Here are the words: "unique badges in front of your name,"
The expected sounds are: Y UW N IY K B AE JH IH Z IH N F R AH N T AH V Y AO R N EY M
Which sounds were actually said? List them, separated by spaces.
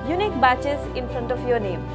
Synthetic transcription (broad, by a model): Y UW N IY K B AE CH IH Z IH N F R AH N T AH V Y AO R N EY M